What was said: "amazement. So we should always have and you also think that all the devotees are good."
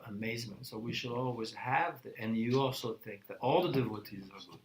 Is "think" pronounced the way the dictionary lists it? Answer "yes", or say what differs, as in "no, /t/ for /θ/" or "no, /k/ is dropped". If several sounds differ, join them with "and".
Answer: yes